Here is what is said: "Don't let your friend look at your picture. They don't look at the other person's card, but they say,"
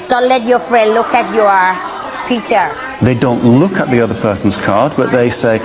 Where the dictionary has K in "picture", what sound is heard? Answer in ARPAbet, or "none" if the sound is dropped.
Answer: none